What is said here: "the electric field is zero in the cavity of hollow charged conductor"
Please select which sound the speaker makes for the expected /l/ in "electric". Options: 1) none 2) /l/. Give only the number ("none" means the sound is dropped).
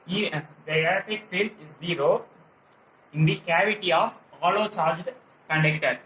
1